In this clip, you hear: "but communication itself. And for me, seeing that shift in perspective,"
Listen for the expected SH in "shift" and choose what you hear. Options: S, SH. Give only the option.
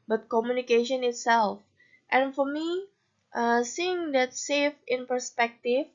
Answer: S